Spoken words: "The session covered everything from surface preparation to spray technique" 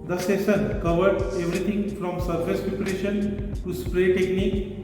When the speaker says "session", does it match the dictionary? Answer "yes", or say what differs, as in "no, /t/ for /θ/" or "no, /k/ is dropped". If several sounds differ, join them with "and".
no, /s/ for /ʃ/